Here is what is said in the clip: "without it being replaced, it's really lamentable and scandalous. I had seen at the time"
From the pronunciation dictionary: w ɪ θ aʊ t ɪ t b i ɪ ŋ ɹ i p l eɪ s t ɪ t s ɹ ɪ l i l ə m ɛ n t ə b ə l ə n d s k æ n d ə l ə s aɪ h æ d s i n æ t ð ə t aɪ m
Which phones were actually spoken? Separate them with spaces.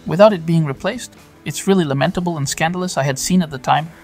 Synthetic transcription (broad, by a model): w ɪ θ aʊ t ɪ t b i ɪ ŋ ɹ i p l eɪ s t ɪ t s ɹ ɪ l i l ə m ɛ n t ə b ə l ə n s k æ n d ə l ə s aɪ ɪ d s i n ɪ t ð ə t aɪ m